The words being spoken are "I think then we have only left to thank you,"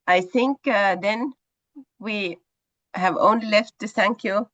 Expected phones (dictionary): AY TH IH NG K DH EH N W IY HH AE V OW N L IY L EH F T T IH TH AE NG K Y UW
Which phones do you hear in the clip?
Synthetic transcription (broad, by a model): AY TH IH NG K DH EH N W IY HH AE V OW N L IY L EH F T T IH S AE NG K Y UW